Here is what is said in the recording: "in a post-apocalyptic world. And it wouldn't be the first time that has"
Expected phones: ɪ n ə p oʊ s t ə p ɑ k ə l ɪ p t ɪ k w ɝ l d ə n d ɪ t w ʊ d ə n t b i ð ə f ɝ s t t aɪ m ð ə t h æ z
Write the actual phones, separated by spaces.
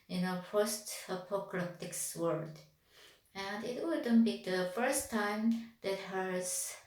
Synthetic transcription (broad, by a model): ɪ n ə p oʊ s t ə p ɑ k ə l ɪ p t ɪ k w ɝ d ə n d ɪ t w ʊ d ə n b i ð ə f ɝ s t t aɪ m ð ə t h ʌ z